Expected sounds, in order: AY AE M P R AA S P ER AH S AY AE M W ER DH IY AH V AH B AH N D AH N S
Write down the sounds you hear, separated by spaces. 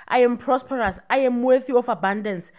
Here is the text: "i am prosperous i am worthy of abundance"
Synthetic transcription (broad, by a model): AY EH M P R AA S P ER AH S AY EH M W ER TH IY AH F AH B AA N D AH N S